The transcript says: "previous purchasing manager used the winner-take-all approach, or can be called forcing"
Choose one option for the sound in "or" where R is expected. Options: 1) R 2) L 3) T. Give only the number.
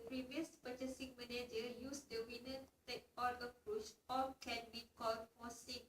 2